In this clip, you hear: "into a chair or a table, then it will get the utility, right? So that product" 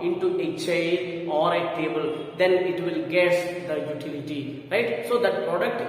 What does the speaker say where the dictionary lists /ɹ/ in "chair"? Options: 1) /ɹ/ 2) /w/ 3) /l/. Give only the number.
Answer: 3